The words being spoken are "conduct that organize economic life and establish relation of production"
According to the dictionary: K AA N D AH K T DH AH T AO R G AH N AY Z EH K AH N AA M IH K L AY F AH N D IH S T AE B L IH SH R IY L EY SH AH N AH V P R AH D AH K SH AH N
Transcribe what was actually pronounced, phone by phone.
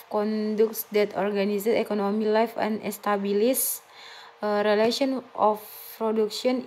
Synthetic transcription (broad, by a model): K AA N D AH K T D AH T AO R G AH N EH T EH K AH N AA M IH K L AY F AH N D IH S T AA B L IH S R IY L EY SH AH N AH F P R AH D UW K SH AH N